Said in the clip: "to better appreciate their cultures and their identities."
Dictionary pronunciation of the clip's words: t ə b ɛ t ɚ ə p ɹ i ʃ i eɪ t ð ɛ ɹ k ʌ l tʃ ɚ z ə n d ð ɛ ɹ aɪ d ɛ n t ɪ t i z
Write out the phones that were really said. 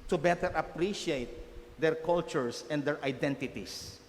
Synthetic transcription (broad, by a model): t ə b ɛ t ɚ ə p ɹ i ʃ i eɪ t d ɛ ɹ k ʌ l tʃ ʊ s ə n d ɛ ɹ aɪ d ɛ n t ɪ t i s